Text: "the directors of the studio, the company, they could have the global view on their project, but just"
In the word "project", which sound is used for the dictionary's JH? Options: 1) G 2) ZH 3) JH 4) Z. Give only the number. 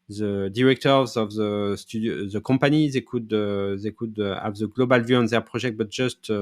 2